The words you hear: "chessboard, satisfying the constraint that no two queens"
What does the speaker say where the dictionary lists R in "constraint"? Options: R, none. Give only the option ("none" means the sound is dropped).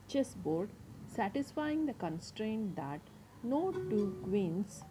R